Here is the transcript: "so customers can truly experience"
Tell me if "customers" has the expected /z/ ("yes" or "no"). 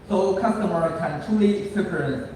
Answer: no